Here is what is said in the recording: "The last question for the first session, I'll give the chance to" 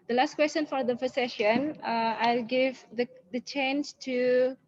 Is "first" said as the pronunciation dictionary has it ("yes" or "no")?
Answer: no